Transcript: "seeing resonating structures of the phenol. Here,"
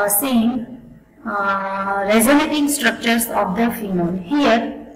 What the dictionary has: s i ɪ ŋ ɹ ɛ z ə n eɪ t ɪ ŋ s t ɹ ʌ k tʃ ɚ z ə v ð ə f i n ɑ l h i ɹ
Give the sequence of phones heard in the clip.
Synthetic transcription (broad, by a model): s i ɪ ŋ ɹ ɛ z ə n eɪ t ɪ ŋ s t ɹ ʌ k tʃ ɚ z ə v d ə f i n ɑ n h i ɹ